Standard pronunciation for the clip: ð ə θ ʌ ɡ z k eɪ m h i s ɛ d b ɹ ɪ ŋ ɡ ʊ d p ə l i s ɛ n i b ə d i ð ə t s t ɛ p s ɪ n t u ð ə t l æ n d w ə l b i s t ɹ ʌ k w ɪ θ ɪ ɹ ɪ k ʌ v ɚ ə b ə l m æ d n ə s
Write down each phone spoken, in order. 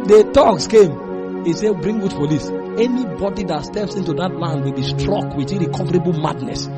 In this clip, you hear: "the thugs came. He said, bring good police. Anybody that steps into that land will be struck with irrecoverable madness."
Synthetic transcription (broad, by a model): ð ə t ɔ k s k eɪ m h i s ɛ b ɹ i ŋ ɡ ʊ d f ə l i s ɛ n i b ə d i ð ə t s t ɛ p s ɪ n t u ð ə t l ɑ n d w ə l b i s t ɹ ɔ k w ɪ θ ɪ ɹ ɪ k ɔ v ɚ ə b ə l m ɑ d n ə s